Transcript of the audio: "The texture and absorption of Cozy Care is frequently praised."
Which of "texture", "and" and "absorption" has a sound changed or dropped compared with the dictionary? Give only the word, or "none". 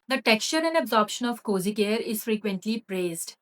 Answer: none